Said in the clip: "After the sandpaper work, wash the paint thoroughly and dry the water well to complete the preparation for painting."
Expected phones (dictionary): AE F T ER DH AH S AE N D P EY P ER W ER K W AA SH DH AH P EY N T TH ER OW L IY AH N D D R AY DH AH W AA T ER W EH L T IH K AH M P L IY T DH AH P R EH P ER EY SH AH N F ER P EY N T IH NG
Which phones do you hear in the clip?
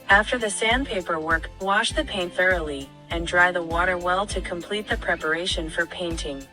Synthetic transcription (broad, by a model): AE F T ER DH AH S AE N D P EY P ER W ER K W AA SH DH AH P EY N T TH ER OW L IY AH N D D R AY DH AH W AA T ER W EH L T IH K AH M P L IY T DH AH P R EH P ER EY SH AH N F ER P EY N T IH NG